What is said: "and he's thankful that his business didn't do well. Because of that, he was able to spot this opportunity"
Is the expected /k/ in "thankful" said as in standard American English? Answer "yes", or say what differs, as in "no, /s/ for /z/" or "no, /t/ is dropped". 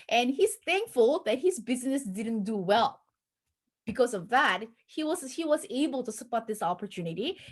yes